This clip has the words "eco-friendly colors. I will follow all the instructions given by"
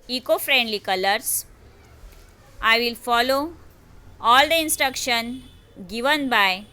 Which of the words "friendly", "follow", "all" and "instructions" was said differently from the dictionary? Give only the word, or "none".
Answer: instructions